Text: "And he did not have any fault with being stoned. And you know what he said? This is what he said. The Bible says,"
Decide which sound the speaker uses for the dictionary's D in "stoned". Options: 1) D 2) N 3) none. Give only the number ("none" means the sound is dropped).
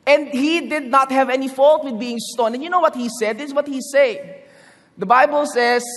3